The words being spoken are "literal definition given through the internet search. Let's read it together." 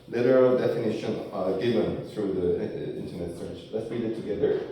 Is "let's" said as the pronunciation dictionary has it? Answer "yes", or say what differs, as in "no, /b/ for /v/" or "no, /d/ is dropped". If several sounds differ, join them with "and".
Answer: yes